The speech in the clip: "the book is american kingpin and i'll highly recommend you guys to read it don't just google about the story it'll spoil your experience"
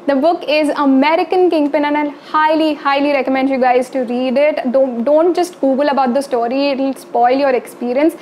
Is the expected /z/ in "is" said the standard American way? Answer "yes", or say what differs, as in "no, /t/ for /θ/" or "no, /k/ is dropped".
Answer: yes